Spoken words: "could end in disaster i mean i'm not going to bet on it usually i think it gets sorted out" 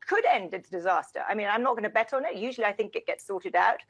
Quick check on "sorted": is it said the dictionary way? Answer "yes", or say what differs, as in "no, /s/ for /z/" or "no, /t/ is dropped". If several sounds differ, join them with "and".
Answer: yes